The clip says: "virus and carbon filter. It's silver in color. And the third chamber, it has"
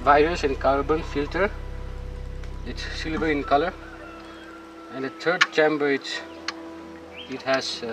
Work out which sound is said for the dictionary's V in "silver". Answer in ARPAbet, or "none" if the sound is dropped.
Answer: B